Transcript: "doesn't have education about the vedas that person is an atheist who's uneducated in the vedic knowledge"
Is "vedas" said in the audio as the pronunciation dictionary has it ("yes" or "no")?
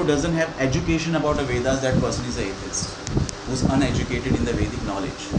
yes